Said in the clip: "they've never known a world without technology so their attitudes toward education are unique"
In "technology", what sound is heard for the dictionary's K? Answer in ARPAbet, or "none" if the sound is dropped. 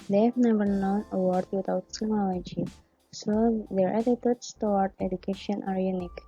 none